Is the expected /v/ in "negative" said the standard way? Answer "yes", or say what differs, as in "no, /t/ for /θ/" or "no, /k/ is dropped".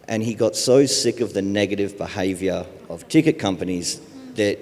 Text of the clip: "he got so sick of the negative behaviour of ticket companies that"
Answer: yes